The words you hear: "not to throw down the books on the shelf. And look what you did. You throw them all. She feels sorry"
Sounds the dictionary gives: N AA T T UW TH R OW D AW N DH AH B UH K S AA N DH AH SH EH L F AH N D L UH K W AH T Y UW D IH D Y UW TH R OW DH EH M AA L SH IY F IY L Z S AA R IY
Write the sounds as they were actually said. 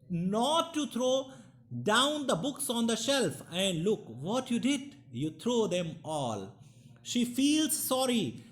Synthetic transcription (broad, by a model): N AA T T UW T R OW D AW N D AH B UH K S AA N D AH SH EH L F AH N D L UH K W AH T Y UW D IH D Y UW T R OW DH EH M AA L SH IY F IY L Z S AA R IY